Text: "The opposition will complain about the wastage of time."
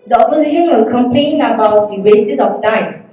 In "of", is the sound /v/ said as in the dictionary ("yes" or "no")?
no